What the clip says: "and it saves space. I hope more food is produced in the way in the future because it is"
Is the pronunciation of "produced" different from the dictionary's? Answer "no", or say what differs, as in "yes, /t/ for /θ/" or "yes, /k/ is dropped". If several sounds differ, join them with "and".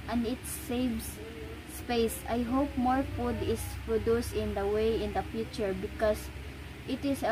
yes, /t/ is dropped